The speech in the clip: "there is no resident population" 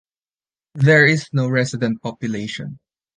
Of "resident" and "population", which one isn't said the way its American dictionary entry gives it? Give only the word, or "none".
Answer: resident